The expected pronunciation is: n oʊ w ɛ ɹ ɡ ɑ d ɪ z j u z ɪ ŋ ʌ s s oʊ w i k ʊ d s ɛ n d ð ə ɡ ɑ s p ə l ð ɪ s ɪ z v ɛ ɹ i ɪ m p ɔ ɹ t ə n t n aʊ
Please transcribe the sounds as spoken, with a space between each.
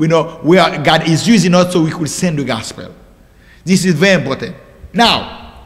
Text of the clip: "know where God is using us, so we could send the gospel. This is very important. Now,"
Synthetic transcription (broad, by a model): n oʊ w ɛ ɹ ɡ ɑ d ɪ z j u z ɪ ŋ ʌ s s oʊ w i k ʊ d s ɛ n d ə ɡ ɑ s p ə l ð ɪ s ɪ z v ɛ ɹ i ɪ m p ɔ ɹ t ə n t n aʊ